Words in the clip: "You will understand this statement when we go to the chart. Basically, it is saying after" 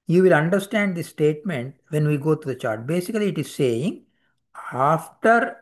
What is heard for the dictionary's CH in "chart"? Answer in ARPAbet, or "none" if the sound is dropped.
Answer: CH